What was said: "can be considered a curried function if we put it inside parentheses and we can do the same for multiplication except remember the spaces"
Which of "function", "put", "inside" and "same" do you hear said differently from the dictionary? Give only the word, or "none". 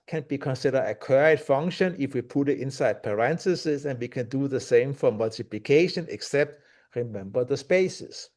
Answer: function